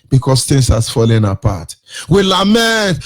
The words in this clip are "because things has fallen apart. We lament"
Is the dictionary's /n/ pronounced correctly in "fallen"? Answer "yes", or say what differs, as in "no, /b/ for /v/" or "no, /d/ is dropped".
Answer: yes